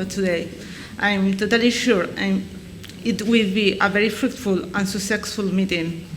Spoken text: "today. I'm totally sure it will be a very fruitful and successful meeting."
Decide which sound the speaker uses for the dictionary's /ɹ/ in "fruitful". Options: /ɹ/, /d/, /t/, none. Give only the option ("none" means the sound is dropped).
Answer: /ɹ/